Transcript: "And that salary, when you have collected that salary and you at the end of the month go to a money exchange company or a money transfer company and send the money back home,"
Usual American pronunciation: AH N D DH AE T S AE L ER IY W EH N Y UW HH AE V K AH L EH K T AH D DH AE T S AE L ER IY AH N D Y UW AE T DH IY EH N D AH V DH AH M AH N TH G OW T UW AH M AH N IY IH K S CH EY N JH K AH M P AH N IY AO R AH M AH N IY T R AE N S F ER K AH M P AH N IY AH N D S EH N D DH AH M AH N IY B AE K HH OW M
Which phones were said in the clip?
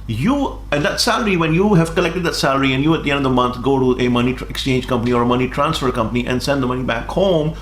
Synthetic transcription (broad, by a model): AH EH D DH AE T S AE L ER IY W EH N Y UW HH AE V K AH L EH K T AH D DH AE T S AE L ER IY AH N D Y UW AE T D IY EH N D AH V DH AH M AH N T G OW T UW AH M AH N IY IH K S CH EY N JH K AH M P AH N IY AO R AH M AH N IY T R AE N S F ER K AH M P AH N IY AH N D S EH N D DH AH M AH N IY B AE K HH OW M